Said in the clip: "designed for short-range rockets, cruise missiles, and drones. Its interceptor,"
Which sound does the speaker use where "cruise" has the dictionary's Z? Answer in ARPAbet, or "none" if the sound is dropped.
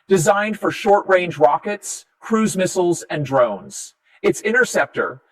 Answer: Z